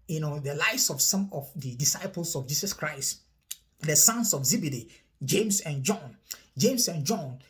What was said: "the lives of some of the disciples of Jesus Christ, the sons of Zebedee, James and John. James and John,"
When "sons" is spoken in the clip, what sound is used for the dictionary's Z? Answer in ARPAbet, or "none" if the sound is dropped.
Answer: S